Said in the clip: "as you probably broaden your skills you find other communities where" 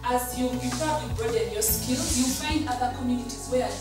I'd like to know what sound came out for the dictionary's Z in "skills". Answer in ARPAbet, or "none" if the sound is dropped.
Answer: none